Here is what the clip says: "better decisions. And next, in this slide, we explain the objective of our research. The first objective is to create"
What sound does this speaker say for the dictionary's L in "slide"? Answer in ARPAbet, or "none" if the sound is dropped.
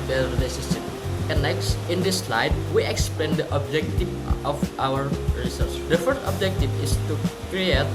L